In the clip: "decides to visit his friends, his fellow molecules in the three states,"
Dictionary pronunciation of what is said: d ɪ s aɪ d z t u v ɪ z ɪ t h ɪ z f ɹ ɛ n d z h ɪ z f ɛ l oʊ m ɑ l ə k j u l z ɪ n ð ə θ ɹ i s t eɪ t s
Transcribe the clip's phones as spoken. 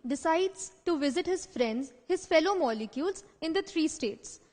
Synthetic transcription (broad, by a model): d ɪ s aɪ d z t u v ɪ z ɪ t h ɪ z f ɹ ɛ n d z h ɪ z f ɛ l oʊ m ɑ l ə k j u l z ɪ n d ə t ɹ i s t eɪ t s